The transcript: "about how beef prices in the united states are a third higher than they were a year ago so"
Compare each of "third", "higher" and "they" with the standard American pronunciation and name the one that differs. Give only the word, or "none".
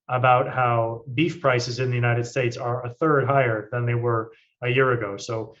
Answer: none